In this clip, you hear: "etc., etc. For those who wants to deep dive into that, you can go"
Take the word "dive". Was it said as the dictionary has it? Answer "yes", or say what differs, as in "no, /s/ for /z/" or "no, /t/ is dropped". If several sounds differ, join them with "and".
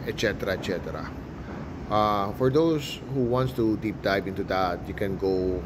no, /b/ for /v/